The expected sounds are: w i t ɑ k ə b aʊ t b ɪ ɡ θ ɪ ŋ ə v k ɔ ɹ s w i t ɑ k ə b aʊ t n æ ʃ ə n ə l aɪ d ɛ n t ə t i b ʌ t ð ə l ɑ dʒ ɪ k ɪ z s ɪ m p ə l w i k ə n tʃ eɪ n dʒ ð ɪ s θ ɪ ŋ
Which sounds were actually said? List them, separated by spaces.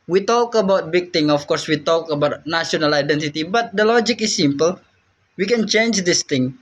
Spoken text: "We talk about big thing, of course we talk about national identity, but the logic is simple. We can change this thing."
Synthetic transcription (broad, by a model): w i t ɑ k ə b aʊ t b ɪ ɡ t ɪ ŋ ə f k ɔ ɹ s w i t ɑ k ə b aʊ t n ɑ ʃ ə n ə l aɪ d ɛ n t ə t i b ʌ t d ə l ɑ dʒ ɪ k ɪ s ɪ m p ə l w i k ə n tʃ eɪ n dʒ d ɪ s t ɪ ŋ